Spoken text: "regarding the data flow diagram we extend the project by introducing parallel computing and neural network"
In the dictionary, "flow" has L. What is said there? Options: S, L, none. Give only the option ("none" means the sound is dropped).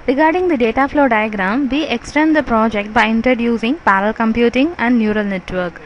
L